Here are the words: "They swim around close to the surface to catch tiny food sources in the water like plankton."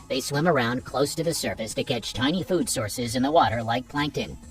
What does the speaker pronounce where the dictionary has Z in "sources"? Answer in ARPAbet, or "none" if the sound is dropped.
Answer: Z